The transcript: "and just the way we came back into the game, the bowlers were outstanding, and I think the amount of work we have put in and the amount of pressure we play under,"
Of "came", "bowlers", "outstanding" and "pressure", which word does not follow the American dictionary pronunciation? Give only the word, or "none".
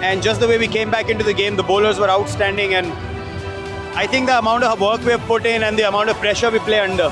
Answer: none